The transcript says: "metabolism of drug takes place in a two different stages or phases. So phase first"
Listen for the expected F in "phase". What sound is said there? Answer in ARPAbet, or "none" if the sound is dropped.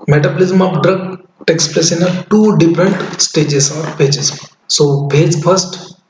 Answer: P